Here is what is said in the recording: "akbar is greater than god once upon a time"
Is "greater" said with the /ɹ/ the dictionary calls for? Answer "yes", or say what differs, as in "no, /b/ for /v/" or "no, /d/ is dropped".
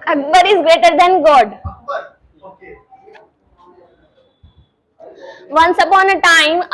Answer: yes